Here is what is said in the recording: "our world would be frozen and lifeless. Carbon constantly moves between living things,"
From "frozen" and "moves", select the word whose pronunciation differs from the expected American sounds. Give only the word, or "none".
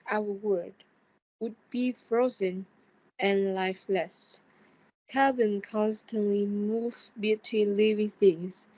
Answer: moves